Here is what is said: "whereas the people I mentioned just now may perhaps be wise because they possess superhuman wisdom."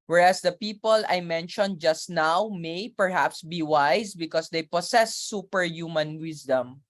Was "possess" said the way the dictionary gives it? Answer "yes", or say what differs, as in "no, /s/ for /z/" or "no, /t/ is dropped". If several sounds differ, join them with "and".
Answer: no, /s/ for /z/